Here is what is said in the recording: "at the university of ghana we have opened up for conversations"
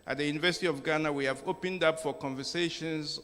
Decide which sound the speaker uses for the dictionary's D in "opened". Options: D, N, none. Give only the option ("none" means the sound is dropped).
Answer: D